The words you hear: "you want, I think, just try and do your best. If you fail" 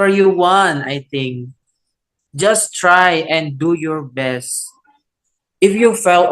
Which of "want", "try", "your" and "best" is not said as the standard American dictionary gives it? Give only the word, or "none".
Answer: want